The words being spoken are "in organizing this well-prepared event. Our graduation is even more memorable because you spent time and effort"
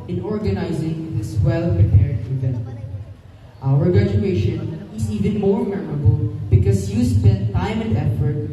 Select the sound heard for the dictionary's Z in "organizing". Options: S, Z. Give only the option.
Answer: Z